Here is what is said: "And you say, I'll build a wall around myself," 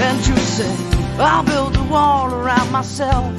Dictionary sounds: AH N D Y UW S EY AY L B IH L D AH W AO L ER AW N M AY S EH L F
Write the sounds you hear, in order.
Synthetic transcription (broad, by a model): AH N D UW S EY AY L B IH L D AH W AO L ER AW N M AY S EH L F